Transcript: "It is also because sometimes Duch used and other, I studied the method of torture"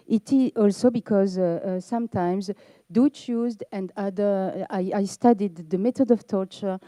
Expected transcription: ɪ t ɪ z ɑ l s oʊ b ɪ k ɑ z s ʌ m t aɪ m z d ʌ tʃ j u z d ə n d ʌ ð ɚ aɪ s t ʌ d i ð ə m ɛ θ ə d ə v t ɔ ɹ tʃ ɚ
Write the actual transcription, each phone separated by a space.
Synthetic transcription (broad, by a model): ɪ t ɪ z ɑ l s oʊ b ɪ k ɑ z s ʌ m t aɪ m z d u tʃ j u z d ə n d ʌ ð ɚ aɪ s t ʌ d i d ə m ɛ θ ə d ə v t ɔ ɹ tʃ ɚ